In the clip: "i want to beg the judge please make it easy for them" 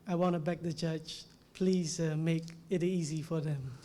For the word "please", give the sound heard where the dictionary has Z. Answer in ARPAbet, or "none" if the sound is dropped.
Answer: Z